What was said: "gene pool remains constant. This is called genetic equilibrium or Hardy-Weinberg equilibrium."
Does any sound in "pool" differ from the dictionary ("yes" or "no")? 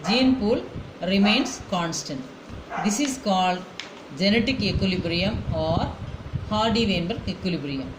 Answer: no